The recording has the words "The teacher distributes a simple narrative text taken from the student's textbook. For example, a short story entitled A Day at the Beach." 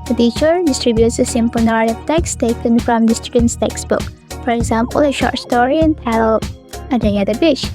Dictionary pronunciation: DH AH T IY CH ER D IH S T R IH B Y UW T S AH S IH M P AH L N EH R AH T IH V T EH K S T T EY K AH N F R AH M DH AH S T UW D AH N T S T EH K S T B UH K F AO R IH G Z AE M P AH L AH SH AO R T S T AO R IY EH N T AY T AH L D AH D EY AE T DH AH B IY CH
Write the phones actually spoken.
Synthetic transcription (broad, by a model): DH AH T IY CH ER D IH S T R IH B Y UW T S AH S IH M P AH L N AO R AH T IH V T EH K S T T EY K AH N F R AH M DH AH S T UW D AH N T S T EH K S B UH K F AO R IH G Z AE M P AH L AH SH AO R T S T AO R IY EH N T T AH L AH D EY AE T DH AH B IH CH